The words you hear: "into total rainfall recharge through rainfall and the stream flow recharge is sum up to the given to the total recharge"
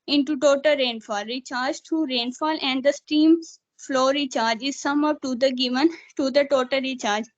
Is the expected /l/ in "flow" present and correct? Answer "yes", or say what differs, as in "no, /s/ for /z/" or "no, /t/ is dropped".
yes